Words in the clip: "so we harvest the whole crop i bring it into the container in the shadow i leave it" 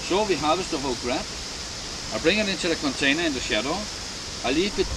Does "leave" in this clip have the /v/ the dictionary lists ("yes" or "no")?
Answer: no